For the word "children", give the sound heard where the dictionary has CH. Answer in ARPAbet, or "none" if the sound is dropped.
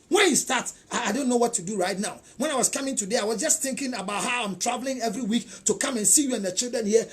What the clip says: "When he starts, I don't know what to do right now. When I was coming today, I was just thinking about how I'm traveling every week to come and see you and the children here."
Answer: CH